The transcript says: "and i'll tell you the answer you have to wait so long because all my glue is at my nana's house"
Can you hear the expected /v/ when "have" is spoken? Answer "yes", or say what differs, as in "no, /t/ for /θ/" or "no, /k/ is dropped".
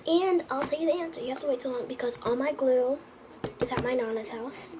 no, /f/ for /v/